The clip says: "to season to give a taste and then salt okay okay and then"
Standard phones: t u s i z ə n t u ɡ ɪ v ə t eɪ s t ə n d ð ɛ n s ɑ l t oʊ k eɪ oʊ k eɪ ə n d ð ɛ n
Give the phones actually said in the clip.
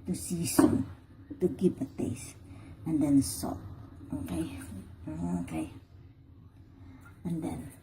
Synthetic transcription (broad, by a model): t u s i s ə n t u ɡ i p ə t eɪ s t ə n d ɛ n s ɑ t oʊ k eɪ oʊ k eɪ ə n d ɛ n